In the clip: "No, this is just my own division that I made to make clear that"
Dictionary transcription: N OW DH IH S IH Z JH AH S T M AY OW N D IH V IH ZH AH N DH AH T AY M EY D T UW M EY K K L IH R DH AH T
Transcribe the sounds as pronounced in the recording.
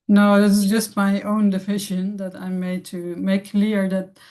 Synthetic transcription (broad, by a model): N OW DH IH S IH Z JH AH S T M AY OW N D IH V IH SH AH N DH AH T AY M EY D T UW M EY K K L IH R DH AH T